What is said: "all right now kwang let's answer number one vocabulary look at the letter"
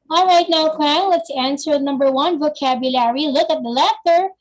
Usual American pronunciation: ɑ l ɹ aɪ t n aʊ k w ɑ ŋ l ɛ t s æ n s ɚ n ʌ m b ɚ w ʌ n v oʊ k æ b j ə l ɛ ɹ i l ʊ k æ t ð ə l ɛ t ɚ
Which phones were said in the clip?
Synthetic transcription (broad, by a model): ɑ l ɹ aɪ t n aʊ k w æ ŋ l ɛ t s æ n s ɚ n ʌ m b ɚ w ʌ n v oʊ k æ b j ə l ɛ ɹ i l ʊ k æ t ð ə l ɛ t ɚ